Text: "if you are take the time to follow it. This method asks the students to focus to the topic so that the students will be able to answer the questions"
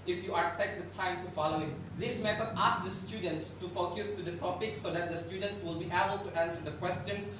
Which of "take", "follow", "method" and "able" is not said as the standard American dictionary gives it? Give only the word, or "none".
method